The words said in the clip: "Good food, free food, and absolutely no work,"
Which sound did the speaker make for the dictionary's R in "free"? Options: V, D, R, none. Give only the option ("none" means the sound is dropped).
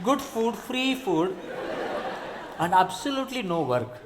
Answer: R